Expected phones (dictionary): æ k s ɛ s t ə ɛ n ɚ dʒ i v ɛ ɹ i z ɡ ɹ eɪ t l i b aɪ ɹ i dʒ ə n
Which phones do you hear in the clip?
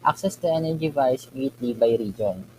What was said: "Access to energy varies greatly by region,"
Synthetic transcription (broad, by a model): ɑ k s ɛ s t ə ɛ n ɚ dʒ i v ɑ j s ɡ eɪ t l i b aɪ ɹ i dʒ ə n